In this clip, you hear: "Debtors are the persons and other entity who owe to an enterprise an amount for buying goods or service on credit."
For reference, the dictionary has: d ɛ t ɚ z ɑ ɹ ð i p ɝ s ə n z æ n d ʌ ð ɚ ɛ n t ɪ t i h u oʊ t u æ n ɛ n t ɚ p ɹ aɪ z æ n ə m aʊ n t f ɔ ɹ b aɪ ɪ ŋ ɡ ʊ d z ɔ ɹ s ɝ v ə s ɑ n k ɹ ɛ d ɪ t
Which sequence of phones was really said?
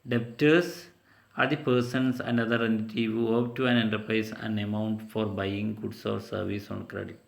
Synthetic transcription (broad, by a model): d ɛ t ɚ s ɑ ɹ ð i p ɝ s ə n s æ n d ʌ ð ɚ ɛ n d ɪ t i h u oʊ t u æ n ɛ n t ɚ p ɹ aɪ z æ n ə m aʊ n t f ɔ ɹ b aɪ ɪ ŋ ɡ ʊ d s ɔ ɹ s ɝ v ə s ɑ n k ɹ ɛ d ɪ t